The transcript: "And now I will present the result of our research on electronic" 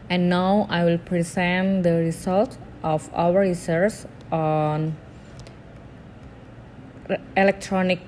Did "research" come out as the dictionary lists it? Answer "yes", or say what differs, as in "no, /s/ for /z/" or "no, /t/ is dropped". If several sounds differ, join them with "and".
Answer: no, /s/ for /tʃ/